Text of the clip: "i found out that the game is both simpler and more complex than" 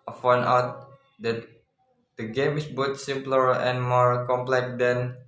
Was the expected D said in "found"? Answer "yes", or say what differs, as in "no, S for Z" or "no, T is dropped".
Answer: no, D is dropped